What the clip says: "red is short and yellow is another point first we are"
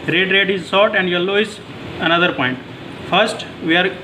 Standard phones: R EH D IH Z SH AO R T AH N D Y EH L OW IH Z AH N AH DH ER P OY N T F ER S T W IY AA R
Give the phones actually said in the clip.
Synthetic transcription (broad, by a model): R EH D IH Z S AO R T AH N D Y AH L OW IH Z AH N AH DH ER P OY N T F ER S T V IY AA R